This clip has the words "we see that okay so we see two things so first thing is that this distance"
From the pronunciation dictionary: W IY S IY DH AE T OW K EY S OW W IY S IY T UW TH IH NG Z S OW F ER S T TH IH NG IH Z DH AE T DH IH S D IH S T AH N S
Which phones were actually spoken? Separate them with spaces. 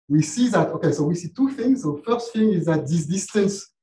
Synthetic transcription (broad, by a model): W IY S IY DH AE T OW K EY S OW W IY S IY T UW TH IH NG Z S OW F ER S T F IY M IH Z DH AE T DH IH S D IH S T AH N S